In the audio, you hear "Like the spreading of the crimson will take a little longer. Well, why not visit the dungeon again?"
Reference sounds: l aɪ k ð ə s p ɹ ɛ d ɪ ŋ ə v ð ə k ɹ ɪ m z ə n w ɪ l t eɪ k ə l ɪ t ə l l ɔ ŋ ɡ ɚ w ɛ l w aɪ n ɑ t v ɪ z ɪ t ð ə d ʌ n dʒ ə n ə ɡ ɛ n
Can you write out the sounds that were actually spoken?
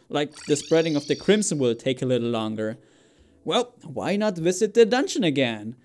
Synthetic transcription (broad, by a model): l aɪ k ð ə s p ɹ ɛ d ɪ ŋ ə v ð ə k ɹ ɪ m s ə n w ɪ l t eɪ k ə l ɪ t l l ɔ ŋ ɡ ɚ w ɛ l w aɪ n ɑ t v ɪ z ɪ t ð ə d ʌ n ʃ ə n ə ɡ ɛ n